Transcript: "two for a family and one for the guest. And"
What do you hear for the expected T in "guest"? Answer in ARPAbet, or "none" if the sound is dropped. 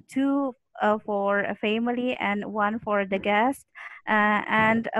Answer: T